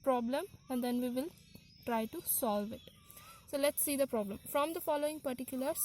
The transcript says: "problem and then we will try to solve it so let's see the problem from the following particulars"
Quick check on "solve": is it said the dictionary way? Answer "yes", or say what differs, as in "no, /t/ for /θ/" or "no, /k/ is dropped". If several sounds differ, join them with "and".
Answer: yes